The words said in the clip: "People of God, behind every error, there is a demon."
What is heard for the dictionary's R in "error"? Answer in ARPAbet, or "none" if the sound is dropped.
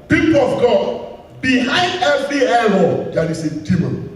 L